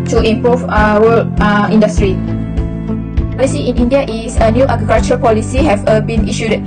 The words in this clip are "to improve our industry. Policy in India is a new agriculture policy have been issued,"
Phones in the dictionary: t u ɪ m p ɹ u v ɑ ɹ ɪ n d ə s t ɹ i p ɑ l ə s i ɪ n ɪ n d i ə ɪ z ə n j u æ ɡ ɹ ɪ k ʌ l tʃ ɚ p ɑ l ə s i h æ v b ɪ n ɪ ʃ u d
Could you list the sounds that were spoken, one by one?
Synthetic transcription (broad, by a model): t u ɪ m p ɹ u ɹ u l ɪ n d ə s t ɹ i p ɑ l ə s i ɪ n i n d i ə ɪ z ə n j u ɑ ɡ ɹ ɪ k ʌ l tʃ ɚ p ɑ l ə s i h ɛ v b ɪ n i ʃ u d